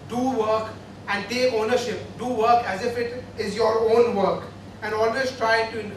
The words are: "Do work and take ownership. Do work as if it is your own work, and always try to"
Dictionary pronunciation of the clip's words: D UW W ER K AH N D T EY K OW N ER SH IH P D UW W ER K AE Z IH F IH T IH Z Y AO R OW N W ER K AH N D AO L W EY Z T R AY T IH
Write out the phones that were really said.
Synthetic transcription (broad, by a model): D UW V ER K AH N D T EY OW N ER SH IH P D UW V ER K AE Z IH F IH T IH Z Y AO R OW N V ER K AH N D AO L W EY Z T R AY T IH